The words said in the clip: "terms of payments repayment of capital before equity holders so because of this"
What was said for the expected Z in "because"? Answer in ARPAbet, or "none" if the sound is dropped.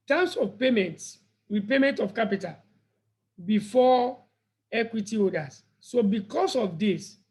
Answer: S